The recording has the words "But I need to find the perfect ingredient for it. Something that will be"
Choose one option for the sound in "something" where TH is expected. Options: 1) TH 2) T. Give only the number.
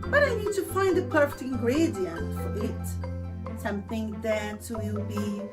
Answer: 1